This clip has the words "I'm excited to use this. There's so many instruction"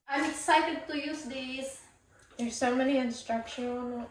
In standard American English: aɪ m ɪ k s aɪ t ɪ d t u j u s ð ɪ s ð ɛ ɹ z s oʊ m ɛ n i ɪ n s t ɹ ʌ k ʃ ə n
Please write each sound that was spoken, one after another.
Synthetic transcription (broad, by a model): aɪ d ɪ s aɪ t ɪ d t u j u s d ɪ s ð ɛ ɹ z s oʊ m ɛ n i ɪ n s t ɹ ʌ k ʃ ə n